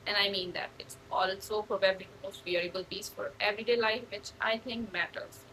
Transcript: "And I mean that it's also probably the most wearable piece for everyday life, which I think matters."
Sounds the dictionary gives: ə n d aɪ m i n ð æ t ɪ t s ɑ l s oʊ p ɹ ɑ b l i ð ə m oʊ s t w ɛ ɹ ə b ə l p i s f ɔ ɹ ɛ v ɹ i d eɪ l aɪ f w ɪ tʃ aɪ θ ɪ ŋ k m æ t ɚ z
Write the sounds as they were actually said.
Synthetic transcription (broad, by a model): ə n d aɪ m i n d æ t ɪ t s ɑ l s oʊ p ɑ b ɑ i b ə m oʊ s t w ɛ ɹ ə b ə l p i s f ɔ ɹ ɛ v ɹ i d eɪ l aɪ f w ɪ tʃ aɪ t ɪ ŋ k m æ t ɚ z